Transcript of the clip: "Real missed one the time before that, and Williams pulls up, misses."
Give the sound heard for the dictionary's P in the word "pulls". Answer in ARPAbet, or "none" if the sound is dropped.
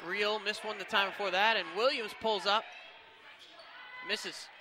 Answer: P